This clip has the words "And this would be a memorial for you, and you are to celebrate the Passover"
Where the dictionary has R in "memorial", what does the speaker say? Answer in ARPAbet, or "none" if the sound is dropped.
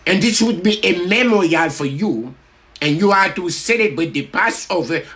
R